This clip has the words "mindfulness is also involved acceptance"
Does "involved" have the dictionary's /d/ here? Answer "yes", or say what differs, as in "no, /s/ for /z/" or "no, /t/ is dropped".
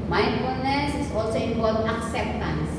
no, /d/ is dropped